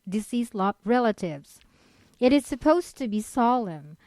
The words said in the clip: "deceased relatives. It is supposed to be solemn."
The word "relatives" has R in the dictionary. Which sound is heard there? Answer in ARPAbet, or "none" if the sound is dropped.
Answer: R